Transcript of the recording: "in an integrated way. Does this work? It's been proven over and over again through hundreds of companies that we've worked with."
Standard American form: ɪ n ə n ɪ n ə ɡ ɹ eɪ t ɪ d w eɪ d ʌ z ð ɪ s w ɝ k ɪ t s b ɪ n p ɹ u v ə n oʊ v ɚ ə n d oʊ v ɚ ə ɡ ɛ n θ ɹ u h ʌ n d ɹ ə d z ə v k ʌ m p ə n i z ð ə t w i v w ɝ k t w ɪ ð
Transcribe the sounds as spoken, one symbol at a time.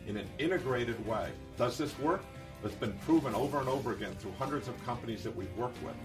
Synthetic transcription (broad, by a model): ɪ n ə n ɪ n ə ɡ ɹ eɪ t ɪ d w eɪ d ʌ z ð ɪ s w ɝ k ɪ t s b ɪ n p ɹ u v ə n oʊ v ɚ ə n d oʊ v ɚ ə ɡ ɛ n θ ɹ u h ʌ n d ɹ ə d z ə v k ʌ m p ə n i z ð ə t w i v w ɝ k t w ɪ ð